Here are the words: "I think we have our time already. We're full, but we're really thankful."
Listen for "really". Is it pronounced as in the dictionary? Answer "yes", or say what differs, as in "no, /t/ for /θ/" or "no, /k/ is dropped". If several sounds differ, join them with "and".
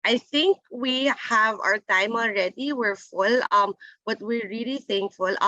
yes